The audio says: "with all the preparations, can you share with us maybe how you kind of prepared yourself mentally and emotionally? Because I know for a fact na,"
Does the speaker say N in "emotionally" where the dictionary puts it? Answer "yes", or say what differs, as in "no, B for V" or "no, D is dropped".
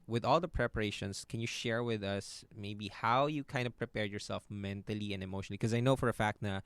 no, N is dropped